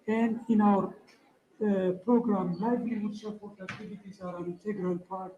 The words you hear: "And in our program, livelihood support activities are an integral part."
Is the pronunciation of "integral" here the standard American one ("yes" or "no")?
yes